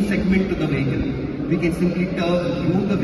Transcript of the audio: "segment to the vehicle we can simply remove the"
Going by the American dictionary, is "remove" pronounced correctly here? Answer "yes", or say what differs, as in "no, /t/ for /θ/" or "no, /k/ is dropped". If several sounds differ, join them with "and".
no, /m/ is dropped